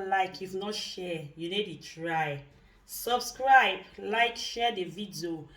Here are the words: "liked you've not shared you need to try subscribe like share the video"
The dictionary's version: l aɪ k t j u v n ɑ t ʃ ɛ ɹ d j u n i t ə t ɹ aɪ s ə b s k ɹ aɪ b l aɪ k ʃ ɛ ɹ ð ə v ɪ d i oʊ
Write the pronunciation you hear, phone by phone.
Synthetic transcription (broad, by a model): l aɪ k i f n ɑ t ʃ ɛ j u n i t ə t ɹ aɪ s ə b s k ɹ aɪ b l aɪ k ʃ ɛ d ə v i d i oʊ